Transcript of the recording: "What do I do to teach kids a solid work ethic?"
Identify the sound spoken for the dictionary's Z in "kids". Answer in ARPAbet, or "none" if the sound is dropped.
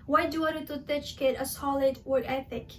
none